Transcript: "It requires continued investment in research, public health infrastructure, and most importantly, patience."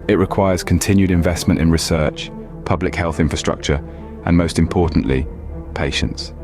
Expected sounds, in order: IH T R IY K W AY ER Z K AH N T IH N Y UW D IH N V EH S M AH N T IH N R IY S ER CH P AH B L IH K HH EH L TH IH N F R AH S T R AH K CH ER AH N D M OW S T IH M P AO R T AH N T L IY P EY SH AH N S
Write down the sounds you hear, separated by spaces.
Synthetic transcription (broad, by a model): IH T R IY K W AY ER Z K AH N T IH N Y UW D IH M V EH S M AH N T IH N R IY S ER CH P AH B L IH K HH EH L TH IH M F R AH S T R AH K CH ER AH N M OW S T IH M P AO T N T L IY P EY SH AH N S